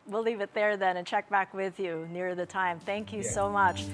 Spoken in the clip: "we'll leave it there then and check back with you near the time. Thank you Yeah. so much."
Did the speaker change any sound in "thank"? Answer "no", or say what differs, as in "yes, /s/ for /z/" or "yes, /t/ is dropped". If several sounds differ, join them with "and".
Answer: no